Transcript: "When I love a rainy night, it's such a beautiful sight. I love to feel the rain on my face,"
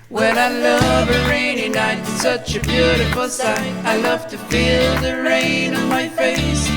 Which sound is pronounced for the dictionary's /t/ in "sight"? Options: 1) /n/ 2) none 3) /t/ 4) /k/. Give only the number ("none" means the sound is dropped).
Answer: 2